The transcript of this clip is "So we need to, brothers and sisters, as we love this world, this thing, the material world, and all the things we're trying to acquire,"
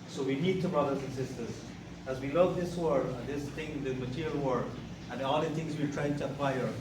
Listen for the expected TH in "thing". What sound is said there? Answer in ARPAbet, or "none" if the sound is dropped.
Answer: T